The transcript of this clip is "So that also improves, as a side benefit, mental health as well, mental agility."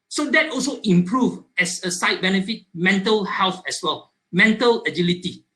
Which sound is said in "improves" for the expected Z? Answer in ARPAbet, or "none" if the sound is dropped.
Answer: none